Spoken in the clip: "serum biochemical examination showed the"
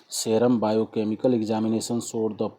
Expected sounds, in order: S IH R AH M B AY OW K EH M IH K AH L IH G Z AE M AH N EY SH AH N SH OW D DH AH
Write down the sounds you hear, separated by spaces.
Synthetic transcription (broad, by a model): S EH R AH M B AY OW K EH M IH K AH L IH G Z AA M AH N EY S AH N S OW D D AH